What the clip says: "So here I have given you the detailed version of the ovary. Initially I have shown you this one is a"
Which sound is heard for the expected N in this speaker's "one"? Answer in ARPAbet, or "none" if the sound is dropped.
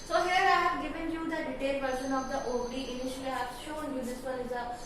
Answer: L